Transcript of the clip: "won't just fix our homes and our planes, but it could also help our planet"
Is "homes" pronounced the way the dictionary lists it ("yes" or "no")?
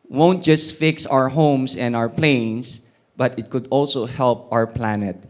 no